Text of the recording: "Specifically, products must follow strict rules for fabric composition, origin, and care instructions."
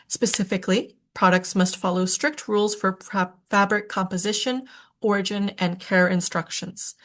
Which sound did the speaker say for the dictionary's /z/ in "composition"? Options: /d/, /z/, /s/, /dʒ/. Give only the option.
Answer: /z/